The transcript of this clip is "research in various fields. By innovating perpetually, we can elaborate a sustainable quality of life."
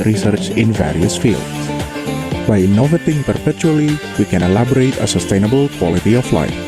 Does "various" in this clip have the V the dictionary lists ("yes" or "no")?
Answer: yes